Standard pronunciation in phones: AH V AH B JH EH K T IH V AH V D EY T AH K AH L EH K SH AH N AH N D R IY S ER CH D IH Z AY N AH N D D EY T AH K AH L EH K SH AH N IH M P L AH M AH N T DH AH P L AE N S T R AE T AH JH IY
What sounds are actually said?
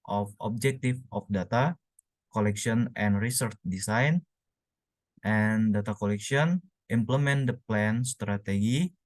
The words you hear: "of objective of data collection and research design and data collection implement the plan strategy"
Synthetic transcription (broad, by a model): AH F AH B JH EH K T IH F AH F D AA T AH K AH L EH K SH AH N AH N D R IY S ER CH D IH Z AY N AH N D D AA T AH K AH L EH K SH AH N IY M P L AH M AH N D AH P L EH N S T R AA T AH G IY